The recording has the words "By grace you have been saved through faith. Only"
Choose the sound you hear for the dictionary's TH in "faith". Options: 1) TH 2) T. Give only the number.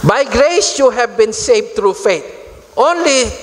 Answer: 2